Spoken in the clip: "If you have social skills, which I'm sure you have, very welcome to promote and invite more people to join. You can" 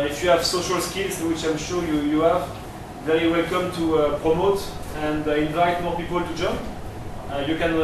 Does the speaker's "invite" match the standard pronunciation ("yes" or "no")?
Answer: yes